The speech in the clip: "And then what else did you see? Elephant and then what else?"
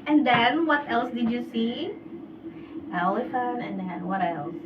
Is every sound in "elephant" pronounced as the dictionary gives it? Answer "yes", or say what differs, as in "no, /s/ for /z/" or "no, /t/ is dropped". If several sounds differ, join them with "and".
no, /t/ is dropped